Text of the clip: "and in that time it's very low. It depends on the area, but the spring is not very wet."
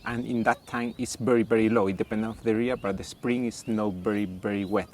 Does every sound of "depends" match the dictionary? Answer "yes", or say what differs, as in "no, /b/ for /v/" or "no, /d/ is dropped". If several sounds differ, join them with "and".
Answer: no, /z/ is dropped